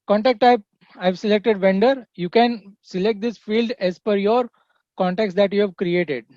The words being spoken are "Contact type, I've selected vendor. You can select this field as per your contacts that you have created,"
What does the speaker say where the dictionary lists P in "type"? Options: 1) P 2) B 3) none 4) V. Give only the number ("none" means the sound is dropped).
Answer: 3